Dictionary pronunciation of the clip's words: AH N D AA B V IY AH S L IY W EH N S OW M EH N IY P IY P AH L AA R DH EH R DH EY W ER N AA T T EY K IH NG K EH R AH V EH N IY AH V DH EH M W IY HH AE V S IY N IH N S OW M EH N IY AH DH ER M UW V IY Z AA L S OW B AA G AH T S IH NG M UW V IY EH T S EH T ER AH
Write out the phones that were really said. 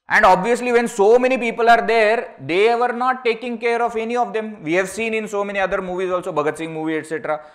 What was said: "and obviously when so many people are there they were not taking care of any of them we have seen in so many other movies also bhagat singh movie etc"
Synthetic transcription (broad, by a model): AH N D AA B V IY AH S L IY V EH N S OW M EH N IY P IY P AH L AA R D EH R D EY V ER N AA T T EY K IH NG K EH R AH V EH N IY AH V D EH M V IY HH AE V S IY N IH N S OW M EH N IY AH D ER M UW V IY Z AA L S OW B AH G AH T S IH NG M UW V IY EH T S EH T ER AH